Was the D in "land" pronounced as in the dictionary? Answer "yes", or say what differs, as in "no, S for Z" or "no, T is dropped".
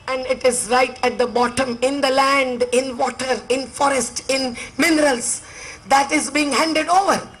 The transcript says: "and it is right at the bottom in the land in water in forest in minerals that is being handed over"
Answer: yes